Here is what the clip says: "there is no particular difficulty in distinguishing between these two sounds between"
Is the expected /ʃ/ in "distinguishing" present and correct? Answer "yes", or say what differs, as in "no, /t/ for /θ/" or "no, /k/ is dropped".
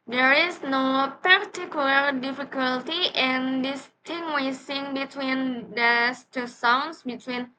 no, /s/ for /ʃ/